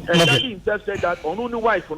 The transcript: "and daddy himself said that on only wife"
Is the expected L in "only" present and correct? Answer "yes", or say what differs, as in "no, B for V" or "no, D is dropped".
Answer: no, L is dropped